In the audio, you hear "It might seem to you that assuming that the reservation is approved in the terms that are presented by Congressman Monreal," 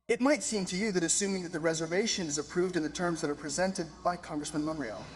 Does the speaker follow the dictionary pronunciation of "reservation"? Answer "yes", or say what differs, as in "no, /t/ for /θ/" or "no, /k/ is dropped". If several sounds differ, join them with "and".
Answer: yes